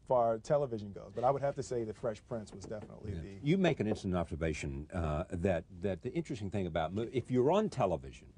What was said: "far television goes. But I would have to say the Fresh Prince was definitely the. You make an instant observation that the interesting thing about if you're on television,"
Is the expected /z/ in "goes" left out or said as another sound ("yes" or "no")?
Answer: no